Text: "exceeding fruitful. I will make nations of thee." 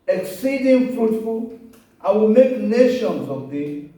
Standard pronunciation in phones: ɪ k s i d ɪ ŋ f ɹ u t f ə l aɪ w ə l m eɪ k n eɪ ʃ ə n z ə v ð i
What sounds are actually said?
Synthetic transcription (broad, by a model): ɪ k s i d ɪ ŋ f u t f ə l aɪ w ə l m eɪ k n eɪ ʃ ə n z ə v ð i